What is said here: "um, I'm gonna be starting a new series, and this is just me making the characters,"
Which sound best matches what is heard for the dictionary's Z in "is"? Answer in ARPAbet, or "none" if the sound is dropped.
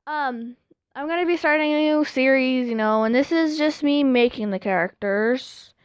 Z